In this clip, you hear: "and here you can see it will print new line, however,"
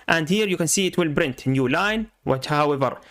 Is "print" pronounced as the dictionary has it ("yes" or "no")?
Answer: no